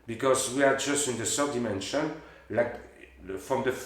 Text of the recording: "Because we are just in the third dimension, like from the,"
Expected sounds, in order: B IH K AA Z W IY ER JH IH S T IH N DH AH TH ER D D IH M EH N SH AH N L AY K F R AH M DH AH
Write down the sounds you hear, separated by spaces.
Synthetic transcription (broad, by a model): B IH K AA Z W IY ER JH IH S T IH N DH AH S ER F D IH M EH N SH AH N L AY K F R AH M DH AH